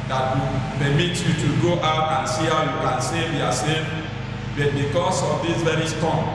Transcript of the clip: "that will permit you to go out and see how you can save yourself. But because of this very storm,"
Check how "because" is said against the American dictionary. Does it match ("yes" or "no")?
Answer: no